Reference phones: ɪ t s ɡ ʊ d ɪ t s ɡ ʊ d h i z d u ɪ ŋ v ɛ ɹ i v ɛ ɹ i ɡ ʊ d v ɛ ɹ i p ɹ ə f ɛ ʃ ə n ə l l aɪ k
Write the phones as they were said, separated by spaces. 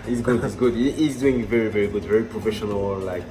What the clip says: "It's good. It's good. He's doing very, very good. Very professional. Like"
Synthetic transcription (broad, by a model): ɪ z ɡ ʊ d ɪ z ɡ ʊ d h i z d u ɪ ŋ v ɛ ɹ i v ɛ ɹ i ɡ ʊ d v ɛ ɹ i p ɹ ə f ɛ ʃ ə n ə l l aɪ k